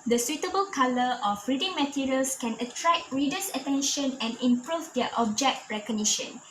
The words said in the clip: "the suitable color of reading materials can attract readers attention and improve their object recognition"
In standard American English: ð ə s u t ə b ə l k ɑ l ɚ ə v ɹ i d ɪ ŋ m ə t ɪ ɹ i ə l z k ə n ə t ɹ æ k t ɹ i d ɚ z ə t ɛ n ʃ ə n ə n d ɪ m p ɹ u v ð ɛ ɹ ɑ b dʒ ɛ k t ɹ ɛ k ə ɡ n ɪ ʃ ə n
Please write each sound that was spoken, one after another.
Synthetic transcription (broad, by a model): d ə s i t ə b ə l k ɑ l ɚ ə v ɹ i d ɪ ŋ m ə t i ɹ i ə l s k ə n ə t ɹ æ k ɹ i d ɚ s ə t ɛ n ʃ ə n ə n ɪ m p ɹ u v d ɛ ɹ ɑ b dʒ ɛ k t ɹ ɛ k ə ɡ n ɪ ʃ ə n